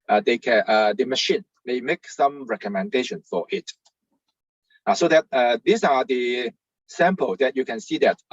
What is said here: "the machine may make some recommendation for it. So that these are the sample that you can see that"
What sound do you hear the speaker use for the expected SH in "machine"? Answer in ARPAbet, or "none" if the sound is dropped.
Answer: SH